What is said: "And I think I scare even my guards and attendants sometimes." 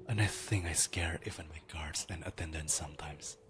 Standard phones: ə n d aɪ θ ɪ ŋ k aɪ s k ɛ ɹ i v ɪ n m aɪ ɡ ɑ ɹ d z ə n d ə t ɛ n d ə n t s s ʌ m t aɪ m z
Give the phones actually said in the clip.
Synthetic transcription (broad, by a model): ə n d aɪ θ ɪ ŋ k aɪ s k ɛ ɹ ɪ f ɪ n m aɪ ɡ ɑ ɹ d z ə n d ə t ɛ n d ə n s s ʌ m t aɪ m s